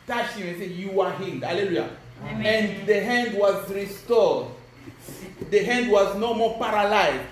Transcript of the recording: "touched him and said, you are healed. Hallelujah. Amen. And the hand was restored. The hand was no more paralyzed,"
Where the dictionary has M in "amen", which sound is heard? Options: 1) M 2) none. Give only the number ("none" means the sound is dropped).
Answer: 2